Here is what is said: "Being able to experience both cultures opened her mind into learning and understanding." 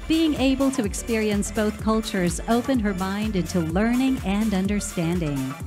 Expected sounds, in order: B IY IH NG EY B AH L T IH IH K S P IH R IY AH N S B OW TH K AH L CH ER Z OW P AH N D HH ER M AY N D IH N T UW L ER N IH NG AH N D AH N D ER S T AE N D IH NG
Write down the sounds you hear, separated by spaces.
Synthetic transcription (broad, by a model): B IY IH NG EY B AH L T IH IH K S P IH R IY AH N S B OW TH K AH L CH ER Z OW P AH N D HH ER M AY N D IH N T UW L ER N IH NG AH N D AH N D ER S T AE N D IH NG